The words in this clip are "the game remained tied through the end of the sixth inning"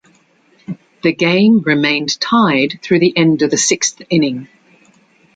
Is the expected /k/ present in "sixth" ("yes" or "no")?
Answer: yes